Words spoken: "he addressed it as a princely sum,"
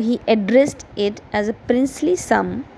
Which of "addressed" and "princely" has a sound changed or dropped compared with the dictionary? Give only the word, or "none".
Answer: none